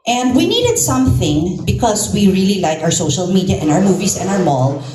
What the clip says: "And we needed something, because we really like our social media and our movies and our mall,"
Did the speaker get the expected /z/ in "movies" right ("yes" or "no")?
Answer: no